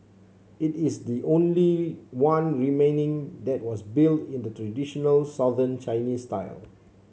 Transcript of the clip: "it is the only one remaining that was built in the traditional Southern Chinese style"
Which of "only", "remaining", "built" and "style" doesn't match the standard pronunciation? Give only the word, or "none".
none